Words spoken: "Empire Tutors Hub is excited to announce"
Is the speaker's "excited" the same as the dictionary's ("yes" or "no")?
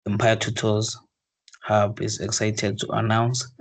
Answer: yes